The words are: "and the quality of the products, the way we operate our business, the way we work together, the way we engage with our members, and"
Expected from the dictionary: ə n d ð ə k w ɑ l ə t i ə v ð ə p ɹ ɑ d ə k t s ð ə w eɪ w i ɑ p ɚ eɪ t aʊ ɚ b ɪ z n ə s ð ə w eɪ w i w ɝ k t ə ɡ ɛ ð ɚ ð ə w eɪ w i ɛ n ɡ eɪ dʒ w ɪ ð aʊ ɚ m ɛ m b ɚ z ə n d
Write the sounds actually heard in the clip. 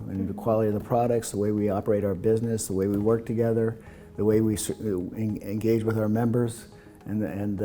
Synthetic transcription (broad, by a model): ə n ð ə k w ɑ l ə t i ə v ð ə p ɹ ɑ d ə k t s ð ə w eɪ w i ɑ p ɚ eɪ t aʊ ɚ b ɪ z n ə s ð ə w eɪ w i w ɝ k t ə ɡ ɛ ð ɚ ð ə w eɪ w i ɛ n ɡ eɪ dʒ w ɪ ð aʊ ɚ m ɛ m b ɚ z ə n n